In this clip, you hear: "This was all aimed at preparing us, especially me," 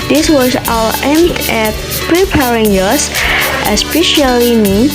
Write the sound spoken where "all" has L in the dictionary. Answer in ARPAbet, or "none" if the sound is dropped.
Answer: W